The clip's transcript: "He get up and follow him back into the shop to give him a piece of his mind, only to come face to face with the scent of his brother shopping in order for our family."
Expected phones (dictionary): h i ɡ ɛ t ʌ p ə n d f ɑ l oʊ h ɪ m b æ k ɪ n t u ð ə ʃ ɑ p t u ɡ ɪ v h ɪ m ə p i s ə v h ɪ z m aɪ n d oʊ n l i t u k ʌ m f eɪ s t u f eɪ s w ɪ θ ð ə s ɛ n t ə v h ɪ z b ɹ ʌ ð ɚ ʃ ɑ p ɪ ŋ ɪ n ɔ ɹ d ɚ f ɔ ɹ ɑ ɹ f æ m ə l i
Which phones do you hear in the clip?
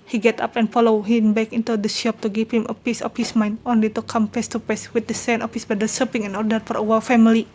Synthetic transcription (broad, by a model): h i ɡ ɛ t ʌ p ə n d f ɑ l oʊ h ɪ m b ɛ k ɪ n t u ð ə ʃ ɑ p t u ɡ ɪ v h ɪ m ə p i s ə f h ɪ s m aɪ n d oʊ n l i t u k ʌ m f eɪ s t u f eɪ s w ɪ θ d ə s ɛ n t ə f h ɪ s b ʌ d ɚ s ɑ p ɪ ŋ ɪ n ɔ ɹ d ɚ f ɔ ɹ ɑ w f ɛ m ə l i